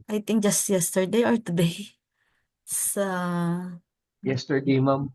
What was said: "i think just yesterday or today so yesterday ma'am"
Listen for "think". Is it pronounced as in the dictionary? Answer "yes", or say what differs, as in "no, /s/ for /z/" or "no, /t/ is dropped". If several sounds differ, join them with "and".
no, /t/ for /θ/